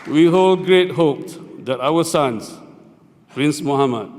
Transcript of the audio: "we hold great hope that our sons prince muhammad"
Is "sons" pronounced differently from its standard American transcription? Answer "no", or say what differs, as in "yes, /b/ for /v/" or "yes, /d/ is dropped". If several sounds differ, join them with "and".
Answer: yes, /s/ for /z/